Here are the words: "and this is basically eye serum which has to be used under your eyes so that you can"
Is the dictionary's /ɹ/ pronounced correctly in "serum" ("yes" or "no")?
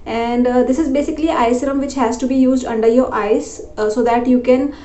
yes